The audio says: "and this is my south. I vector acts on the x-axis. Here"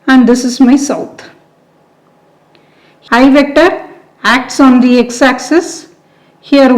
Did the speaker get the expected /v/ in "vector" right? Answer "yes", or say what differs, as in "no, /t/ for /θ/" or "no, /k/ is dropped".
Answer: yes